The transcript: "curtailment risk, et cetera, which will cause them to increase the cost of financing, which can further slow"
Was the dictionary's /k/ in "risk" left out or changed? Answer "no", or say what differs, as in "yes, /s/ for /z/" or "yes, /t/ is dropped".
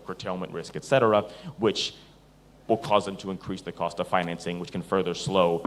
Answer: no